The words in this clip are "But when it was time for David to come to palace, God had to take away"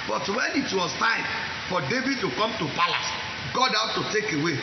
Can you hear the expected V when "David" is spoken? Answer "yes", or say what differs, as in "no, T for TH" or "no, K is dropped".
yes